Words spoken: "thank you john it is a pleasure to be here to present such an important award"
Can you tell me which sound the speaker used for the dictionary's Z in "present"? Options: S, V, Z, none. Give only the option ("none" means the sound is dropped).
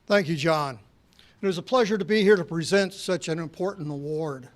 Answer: Z